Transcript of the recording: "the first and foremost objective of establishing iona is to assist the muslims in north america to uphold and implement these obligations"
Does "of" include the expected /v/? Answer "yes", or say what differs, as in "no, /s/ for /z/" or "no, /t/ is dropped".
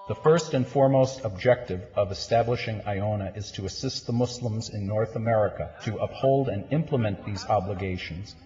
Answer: yes